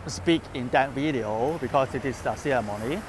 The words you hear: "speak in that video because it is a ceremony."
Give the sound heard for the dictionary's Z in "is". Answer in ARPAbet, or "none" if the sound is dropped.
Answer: S